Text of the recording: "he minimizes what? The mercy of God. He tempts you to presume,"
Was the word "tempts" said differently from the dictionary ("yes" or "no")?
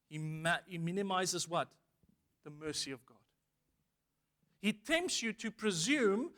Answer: no